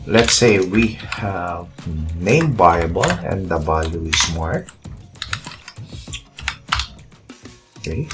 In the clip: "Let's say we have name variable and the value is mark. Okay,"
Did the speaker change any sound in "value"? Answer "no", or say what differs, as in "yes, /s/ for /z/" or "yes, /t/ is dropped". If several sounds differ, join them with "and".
yes, /b/ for /v/